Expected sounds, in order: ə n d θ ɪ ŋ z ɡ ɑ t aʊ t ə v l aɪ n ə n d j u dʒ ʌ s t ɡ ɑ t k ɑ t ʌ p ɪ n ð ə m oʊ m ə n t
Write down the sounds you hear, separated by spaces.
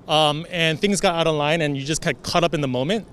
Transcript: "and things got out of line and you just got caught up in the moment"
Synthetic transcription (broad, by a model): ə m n θ ɪ ŋ z ɡ ɑ t aʊ t ə v l aɪ n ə n j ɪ dʒ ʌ s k ɑ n k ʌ t ʌ p ɪ n ð ə m oʊ m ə n t